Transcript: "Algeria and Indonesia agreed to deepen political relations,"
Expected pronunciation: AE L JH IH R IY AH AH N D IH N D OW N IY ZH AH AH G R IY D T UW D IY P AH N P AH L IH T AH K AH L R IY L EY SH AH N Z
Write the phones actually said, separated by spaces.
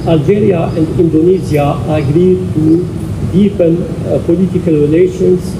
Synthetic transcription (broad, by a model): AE L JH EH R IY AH AH N D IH N D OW N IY Z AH AH G R IY D T UW D IY P AH N P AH L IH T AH K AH L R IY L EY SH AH N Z